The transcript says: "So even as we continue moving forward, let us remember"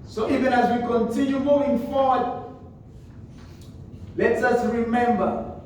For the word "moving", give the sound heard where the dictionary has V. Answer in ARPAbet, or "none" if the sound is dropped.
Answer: none